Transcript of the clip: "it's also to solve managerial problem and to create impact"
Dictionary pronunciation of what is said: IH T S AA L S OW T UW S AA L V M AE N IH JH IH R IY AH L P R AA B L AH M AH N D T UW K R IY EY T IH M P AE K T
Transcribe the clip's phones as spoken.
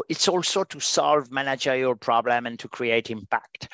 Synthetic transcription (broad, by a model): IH T S AA L S OW T UW S AA L V M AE N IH JH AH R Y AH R P R AA B L AH M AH N T UW K R IY EY T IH M P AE K T